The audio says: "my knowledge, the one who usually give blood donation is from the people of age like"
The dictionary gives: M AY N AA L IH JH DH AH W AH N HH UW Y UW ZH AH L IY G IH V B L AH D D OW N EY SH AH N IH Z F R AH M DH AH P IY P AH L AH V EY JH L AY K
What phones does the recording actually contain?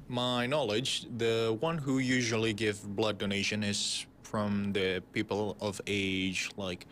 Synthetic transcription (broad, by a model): M AY N AA L IH JH DH AH W AH N HH UW Y UW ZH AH L IY G IH V B L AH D D OW N EY SH AH N IH Z F R AH M DH AH P IY P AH L AH V EY JH L AY K